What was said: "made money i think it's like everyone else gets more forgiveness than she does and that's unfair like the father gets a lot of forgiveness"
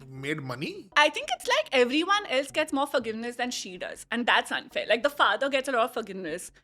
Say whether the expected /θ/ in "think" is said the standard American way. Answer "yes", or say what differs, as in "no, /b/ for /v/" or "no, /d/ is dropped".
no, /t/ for /θ/